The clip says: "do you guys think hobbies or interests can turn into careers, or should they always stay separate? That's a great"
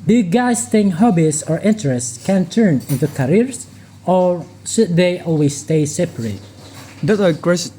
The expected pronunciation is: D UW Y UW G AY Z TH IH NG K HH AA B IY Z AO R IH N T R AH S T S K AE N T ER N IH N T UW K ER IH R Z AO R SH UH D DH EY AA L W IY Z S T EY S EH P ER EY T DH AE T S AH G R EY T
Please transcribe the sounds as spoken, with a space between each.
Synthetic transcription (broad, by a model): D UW Y UW G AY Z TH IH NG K HH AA B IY S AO R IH N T R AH S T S K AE N T ER N IH N T UW K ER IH R S AO R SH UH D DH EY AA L W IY S T EY S EH P ER EY T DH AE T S AH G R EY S